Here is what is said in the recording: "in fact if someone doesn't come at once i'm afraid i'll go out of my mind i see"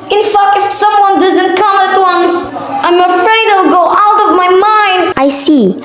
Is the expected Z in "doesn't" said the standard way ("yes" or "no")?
yes